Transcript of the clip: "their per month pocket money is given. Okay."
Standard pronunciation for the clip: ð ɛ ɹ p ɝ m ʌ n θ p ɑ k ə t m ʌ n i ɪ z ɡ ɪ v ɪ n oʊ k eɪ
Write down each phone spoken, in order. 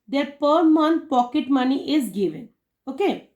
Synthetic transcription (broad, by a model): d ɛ ɹ p ɝ m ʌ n p ɑ k ə t m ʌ n i ɪ z ɡ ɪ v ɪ n oʊ k eɪ